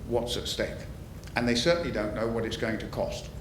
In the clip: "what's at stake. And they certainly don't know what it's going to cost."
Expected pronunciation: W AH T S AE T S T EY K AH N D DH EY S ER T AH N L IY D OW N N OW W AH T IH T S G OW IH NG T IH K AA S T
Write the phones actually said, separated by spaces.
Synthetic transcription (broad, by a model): W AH T S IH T S T EY K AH N DH EY S ER T N L IY D OW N N OW W AH T IH T S G OW IH NG T IH K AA S T